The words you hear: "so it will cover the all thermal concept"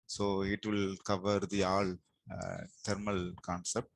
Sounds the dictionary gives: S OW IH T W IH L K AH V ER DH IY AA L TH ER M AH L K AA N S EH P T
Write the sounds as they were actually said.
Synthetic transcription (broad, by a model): S OW IH T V IH L K AH V ER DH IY AA L T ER M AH L K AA N S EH P T